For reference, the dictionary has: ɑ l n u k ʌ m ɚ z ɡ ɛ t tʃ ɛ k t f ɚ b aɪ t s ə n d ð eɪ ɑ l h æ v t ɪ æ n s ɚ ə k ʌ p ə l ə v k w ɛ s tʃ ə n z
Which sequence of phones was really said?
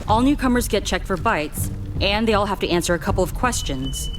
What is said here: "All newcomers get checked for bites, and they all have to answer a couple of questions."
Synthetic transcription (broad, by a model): ɑ l n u k ʌ m ɚ z ɡ ɛ t tʃ ɛ k t f ɚ b aɪ t s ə n ð eɪ ɑ l h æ f t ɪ æ n s ɚ ə k ʌ p l ə v k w ɛ s tʃ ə n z